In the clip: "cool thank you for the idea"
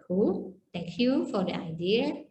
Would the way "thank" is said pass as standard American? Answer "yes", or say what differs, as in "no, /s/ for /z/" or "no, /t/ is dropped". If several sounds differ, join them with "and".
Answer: no, /t/ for /θ/